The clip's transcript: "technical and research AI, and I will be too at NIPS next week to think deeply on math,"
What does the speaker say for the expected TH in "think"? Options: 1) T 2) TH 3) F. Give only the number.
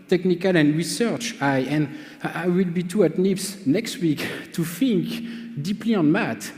3